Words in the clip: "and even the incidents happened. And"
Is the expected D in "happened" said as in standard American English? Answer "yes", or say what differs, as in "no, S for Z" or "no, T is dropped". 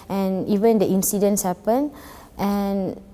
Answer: no, D is dropped